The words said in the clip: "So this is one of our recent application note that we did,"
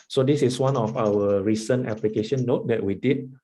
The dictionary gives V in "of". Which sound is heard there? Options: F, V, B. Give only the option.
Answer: F